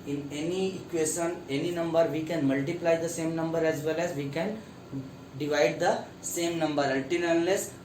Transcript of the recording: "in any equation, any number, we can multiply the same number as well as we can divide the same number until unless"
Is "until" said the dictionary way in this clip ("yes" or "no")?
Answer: no